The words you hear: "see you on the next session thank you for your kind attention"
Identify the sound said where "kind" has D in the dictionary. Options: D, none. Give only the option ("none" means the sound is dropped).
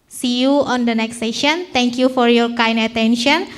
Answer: none